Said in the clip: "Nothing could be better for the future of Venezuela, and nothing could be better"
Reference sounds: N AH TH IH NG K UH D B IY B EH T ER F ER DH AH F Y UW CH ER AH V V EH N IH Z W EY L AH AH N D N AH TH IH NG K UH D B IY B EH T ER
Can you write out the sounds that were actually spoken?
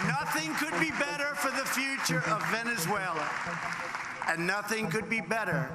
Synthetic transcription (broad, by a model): N AH TH IH NG K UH D B IY B EH T ER F ER DH AH F Y UW CH ER AH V V EH N IH Z W EY L AH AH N N AH TH IH NG K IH D B IY B EH T ER